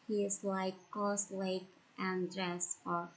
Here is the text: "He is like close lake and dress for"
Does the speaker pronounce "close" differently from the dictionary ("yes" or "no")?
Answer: yes